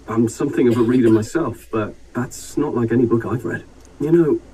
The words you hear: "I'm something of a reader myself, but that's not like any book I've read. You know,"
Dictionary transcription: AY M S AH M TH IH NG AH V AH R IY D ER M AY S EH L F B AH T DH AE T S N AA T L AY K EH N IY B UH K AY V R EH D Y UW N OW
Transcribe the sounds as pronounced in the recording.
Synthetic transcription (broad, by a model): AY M S AH M TH IH NG AH V AH R IY D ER M AY S EH L F B AH T DH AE T S N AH T L AY K EH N IY B UH K AY V R EH D Y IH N OW